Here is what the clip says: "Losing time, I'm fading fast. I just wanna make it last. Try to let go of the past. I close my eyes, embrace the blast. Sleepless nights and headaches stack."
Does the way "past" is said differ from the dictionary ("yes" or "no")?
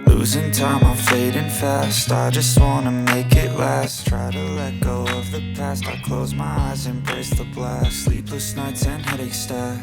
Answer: no